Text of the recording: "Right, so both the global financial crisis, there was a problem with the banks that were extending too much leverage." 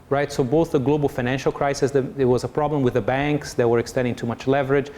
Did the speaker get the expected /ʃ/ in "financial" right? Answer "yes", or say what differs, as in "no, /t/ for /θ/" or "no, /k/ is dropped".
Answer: yes